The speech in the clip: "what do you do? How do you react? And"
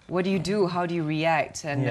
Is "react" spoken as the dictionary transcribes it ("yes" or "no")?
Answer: yes